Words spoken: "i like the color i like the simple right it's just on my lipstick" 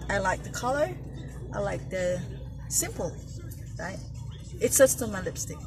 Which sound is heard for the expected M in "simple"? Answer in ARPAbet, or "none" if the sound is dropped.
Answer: M